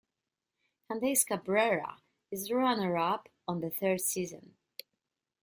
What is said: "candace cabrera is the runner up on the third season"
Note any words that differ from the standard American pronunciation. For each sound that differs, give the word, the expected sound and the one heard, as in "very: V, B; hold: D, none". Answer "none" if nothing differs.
none